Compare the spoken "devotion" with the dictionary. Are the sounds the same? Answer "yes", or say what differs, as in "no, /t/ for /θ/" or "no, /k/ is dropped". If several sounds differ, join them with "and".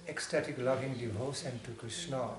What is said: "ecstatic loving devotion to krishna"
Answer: no, /s/ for /ʃ/